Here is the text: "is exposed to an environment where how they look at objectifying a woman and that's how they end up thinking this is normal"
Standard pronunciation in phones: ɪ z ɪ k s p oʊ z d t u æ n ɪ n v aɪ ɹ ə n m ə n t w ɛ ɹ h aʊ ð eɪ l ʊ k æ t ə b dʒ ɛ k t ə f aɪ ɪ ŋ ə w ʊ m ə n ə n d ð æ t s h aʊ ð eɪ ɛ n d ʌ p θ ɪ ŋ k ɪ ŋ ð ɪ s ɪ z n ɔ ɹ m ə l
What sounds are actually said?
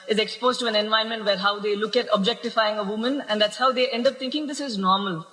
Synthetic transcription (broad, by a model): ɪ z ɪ k s p oʊ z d t u æ n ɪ n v aɪ ə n m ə n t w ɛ ɹ h aʊ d eɪ l ʊ k æ t ə b dʒ ɛ k t ə f aɪ ɪ ŋ ə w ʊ m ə n ə n d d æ t s h aʊ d eɪ ɛ n d ʌ p t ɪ ŋ k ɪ ŋ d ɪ s ɪ z n ɔ ɹ m ə l